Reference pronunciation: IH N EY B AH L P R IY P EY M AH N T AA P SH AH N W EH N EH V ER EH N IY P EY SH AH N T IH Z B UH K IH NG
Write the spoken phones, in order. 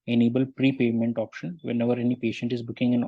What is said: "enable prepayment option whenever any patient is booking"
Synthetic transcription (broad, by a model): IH N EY B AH L P R IY P EY M AH N T AA P SH AH N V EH N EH V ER EH N IY P EY SH AH N T IH Z B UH K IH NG